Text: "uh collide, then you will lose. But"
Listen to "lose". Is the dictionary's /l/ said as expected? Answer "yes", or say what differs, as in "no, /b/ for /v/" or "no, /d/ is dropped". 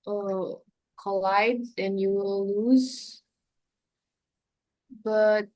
yes